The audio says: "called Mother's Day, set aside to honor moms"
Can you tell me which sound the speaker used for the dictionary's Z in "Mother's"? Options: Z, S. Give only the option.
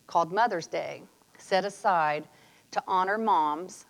Z